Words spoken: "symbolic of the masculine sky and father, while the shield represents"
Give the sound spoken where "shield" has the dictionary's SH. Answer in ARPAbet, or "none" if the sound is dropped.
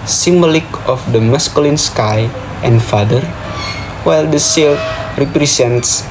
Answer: S